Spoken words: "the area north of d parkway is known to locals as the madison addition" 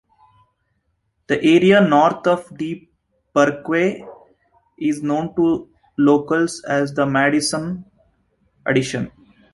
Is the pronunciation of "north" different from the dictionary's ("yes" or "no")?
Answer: yes